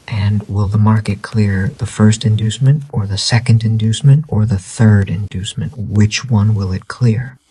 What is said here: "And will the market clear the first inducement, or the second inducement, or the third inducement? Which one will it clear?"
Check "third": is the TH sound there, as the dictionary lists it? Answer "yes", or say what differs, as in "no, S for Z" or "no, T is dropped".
yes